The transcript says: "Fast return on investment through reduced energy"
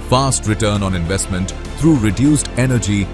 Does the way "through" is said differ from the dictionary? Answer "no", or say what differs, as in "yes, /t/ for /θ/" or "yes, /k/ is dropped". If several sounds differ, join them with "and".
yes, /t/ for /θ/